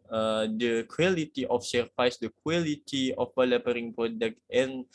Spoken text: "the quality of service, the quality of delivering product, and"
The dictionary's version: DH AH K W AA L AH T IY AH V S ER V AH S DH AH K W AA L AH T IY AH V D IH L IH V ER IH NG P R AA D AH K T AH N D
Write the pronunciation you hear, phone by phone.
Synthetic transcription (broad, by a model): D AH K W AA L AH T IY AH F S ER F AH S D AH K W AA L AH T IY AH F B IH L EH P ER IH NG P R AA D AH K T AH N